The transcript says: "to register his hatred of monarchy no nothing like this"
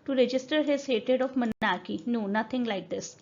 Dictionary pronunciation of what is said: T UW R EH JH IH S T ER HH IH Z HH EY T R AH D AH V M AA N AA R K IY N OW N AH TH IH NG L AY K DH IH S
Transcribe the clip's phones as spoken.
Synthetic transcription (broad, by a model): T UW R EH JH IH S T ER HH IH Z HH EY T AH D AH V M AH N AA K IY N OW N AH T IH NG L AY K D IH S